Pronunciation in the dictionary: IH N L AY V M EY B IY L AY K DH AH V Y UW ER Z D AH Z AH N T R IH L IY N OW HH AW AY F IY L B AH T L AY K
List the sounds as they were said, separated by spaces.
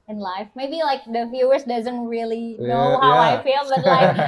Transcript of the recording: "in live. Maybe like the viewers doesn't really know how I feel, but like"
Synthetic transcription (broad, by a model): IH N L AY F M EY B IY L AY K DH AH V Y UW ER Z D AH Z AH N T R IH L IY N OW HH AW AY F IY L B AH T L AY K